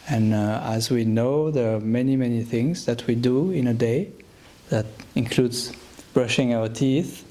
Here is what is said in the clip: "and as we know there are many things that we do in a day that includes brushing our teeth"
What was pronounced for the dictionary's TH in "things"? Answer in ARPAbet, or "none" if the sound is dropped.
TH